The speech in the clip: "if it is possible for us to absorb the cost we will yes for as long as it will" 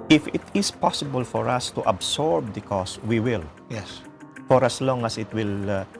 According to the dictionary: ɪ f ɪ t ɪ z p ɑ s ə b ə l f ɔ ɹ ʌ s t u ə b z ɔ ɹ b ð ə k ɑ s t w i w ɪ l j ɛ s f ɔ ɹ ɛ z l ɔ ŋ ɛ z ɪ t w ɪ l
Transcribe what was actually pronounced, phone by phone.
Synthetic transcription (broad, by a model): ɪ f ɪ t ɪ s p ɑ s ə b ə l f ɔ ɹ ʌ s t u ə b s ɔ ɹ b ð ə k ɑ s w i w ɪ l j ɛ s f ɔ ɹ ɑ s l ɔ ŋ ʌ s ɪ t w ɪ l